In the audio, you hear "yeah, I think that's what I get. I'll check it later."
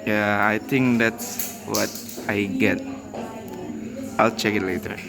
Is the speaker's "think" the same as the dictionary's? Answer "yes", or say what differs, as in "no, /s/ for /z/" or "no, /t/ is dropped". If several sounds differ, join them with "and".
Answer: no, /t/ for /θ/